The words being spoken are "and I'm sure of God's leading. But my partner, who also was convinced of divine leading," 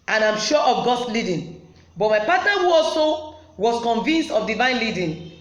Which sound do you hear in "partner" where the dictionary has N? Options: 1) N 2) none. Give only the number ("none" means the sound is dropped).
2